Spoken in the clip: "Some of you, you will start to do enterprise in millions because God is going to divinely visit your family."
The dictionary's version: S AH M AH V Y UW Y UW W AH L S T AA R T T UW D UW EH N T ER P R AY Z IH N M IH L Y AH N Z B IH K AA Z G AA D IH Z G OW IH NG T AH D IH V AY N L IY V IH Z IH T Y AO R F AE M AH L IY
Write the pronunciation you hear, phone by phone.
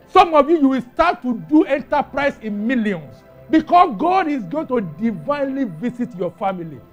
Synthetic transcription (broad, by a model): S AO M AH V Y UW Y UW W AH L S T AA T T UW D UW EH N T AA P R AY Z IH N M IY L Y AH N S B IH K AA S G AA D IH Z G OW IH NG T AH D IH V AY N L IY V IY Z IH T Y AO F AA M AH L IY